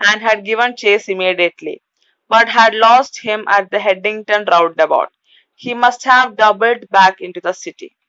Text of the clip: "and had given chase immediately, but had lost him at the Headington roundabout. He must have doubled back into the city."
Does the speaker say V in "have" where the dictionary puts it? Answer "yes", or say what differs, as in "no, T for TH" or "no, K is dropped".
yes